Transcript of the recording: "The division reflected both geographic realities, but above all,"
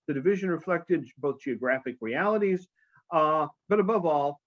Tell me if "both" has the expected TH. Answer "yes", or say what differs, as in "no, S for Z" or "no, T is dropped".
yes